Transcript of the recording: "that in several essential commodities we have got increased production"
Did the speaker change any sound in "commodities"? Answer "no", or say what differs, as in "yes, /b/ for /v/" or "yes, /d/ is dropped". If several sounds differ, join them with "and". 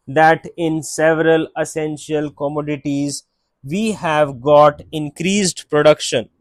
no